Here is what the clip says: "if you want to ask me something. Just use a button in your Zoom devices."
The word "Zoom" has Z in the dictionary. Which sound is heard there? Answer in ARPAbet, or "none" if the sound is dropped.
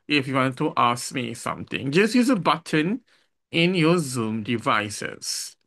Z